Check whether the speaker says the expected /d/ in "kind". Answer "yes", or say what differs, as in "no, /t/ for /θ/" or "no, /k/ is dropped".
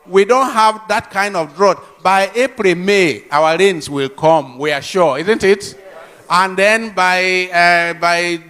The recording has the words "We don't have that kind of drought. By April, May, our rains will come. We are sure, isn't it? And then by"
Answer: yes